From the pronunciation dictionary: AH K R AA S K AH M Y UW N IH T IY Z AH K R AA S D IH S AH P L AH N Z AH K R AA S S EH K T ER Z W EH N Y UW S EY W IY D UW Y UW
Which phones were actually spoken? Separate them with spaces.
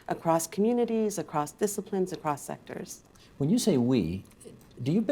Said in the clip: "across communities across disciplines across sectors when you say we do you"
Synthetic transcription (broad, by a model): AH K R AA S K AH M Y UW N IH T IY Z AH K R AA S D IH S AH P L AH N Z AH K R AA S S EH K T ER Z W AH N Y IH S EY W IY D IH Y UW